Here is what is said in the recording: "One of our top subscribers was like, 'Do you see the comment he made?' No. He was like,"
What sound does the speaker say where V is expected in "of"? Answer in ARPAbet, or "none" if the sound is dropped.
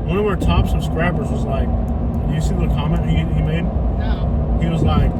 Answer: W